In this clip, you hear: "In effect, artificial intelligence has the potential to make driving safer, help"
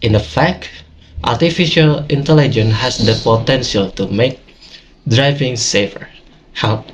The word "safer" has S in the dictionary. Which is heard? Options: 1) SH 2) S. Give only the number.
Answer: 2